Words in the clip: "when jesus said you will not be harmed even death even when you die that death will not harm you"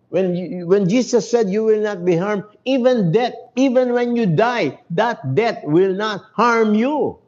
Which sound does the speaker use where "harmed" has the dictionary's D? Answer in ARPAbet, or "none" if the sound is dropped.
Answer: none